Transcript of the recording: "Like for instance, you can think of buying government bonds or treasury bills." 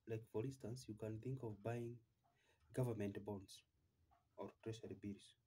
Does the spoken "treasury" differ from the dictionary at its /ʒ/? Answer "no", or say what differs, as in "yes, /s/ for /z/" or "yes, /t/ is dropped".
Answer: yes, /ʃ/ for /ʒ/